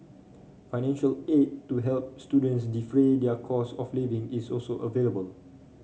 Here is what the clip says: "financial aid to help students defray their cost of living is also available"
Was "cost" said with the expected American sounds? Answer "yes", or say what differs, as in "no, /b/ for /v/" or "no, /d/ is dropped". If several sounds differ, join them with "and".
no, /t/ is dropped